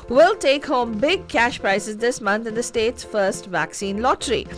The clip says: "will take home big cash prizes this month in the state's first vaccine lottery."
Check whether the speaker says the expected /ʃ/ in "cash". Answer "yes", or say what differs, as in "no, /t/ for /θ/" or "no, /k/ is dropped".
yes